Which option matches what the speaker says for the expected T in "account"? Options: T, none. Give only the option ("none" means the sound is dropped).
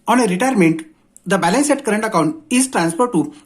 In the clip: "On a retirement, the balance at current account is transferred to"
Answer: T